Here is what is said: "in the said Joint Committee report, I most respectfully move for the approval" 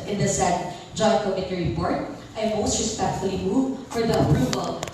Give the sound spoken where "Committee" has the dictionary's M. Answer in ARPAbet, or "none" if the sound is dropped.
none